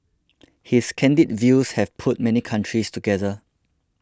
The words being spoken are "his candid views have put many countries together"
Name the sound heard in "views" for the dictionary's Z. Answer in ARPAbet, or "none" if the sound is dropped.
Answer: S